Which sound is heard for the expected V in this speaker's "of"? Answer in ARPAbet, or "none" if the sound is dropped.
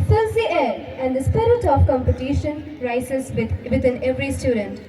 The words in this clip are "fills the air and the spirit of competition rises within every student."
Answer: P